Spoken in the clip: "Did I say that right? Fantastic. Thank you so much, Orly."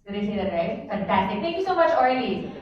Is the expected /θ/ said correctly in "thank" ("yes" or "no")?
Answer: no